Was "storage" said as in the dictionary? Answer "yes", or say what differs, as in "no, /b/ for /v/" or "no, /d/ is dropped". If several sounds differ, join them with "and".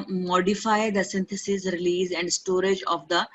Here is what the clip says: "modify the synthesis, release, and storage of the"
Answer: yes